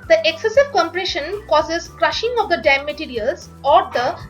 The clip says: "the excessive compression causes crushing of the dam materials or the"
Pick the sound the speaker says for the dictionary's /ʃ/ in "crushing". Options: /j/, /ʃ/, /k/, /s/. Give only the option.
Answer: /ʃ/